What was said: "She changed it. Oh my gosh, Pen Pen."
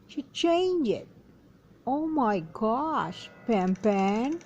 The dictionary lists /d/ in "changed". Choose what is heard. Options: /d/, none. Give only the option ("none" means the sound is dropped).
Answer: none